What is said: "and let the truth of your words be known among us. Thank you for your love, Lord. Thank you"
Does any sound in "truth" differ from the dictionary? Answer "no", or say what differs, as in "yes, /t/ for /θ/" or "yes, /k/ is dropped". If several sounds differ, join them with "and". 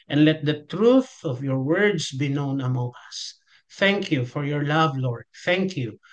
no